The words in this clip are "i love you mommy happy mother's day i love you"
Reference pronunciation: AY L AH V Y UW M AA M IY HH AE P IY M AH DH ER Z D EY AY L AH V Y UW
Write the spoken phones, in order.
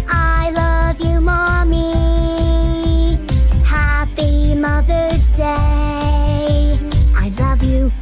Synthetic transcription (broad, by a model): AY L AH V Y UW M AA M IY HH AE P IY M AH DH ER D EY AY L AH V Y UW